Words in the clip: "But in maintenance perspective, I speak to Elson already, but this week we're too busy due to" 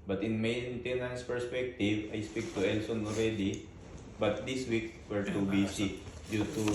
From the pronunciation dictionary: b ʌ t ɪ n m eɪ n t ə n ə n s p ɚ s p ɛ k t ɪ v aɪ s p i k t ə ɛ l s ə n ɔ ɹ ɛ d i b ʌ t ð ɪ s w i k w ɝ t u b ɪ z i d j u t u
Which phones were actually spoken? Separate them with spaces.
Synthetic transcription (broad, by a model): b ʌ t ɪ n m eɪ n t ə n ə n s p ɚ s p ɛ k t ɪ v aɪ s p i k t ə ɛ l s ə n ɔ ɹ ɛ d i b ʌ t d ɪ s w i k w ɝ t u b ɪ s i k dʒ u t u